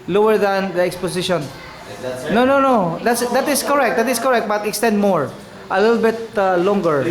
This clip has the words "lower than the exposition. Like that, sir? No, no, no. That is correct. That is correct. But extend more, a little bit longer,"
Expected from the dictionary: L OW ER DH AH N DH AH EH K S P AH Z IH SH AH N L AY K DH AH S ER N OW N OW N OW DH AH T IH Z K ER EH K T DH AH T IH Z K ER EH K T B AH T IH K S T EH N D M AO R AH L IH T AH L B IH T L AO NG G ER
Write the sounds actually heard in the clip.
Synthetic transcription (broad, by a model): L OW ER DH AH N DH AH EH K S P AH S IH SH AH N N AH N OW N OW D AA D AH T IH S K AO EH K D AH T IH S K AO EH K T B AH T IH K S T EH N D M AO R AH L IH T AH L B IH T L AO NG G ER